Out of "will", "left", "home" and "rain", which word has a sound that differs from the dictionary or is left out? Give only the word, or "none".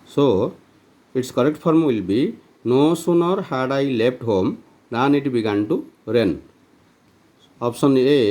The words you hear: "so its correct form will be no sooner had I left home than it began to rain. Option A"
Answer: left